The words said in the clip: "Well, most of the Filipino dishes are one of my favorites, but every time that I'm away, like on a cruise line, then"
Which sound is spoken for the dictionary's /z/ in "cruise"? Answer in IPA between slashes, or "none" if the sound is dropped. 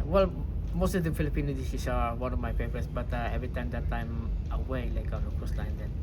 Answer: /s/